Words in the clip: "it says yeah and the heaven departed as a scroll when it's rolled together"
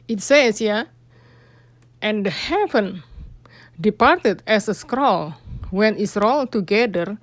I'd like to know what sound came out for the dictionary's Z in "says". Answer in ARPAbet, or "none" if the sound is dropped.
S